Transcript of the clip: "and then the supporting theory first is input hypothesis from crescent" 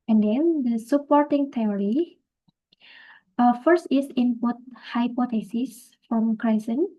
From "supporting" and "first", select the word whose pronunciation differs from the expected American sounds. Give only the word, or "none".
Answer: none